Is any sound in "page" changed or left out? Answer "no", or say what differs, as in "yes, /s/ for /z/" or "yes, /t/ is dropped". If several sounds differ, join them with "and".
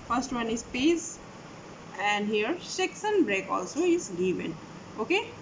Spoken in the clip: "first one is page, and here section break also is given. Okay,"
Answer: yes, /z/ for /dʒ/